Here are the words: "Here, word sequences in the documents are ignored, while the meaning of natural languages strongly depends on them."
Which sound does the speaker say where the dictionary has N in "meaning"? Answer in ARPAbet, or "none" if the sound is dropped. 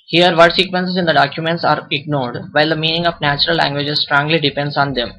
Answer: N